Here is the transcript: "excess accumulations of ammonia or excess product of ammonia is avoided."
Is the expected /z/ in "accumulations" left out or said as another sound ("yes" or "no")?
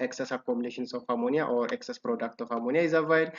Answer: yes